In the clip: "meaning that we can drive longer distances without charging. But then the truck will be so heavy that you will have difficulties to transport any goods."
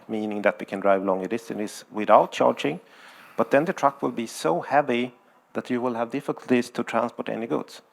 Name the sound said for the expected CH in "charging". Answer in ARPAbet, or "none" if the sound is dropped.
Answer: CH